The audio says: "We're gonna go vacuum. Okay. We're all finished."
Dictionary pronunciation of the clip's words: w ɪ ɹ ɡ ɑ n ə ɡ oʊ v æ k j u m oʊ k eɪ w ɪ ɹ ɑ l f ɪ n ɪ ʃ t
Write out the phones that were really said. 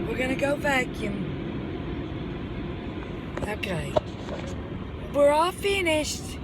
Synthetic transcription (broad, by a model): w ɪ ɹ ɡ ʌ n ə ɡ oʊ b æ k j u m oʊ k eɪ w ɪ ɹ ɑ l f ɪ n ɪ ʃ t